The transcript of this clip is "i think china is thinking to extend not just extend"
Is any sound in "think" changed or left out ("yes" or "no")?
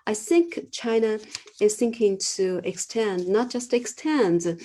no